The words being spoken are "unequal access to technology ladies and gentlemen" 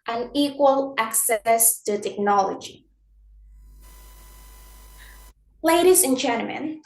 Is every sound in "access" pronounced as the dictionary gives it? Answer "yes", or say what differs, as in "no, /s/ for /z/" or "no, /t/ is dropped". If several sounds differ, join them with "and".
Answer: yes